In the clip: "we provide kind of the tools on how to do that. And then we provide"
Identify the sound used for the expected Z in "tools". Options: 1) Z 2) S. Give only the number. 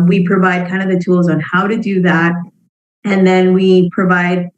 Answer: 1